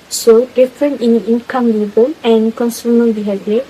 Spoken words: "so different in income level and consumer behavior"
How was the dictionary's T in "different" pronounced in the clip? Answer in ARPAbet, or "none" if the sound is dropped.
none